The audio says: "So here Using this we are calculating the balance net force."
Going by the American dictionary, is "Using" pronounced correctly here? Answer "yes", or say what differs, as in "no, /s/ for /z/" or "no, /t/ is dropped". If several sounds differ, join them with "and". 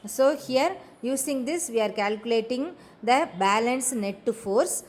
no, /s/ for /z/